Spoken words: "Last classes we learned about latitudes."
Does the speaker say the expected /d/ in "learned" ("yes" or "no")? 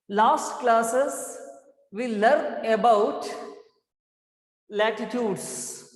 no